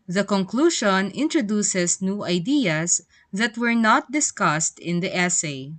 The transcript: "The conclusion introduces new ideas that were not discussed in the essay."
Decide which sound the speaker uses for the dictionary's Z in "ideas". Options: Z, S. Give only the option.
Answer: S